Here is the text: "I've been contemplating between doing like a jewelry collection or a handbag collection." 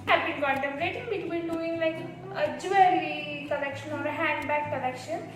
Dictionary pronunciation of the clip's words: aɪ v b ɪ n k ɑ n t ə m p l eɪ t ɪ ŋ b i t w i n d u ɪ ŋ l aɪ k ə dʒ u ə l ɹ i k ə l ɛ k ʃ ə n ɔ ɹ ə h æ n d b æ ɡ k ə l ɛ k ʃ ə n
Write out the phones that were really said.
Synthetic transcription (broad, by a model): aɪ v b ɪ n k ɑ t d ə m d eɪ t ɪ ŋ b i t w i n d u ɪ ŋ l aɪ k ə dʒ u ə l i k ə l ɛ k ʃ ə n ɔ ɹ h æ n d b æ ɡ k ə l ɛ k ʃ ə n